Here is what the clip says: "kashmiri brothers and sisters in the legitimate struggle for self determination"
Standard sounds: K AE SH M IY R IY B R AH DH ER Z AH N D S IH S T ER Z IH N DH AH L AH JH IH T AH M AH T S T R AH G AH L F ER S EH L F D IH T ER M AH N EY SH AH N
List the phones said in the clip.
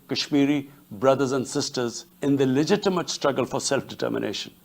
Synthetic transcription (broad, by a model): K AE SH M IY R IY B R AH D ER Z AH N D S IH S T ER Z IH N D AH L AH JH IH T AH M AH T S T R AH G AH L F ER S EH L F D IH T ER M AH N EY SH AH N